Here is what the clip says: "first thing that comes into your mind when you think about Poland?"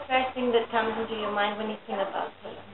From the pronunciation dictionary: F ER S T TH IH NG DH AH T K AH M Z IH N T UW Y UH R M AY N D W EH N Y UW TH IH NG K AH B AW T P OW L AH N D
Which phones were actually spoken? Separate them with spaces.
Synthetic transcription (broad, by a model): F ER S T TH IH NG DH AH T K AH M Z IH N T UW Y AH M AY N D W EH N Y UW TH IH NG AH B AW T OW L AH